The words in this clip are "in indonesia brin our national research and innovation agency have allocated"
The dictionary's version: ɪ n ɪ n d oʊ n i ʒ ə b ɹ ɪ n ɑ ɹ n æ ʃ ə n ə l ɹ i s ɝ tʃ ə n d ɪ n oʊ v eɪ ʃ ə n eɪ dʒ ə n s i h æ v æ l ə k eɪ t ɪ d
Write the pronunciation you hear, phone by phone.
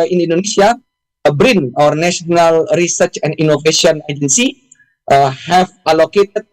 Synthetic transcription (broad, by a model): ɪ n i n d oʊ n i s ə b ɹ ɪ n ɑ ɹ n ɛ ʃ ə n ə l ɹ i s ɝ tʃ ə n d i n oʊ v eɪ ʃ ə n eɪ dʒ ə n s i h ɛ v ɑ l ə k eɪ t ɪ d